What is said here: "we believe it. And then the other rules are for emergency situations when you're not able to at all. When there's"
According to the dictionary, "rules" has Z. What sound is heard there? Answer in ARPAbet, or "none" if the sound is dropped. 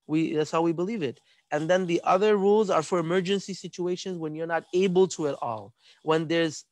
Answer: Z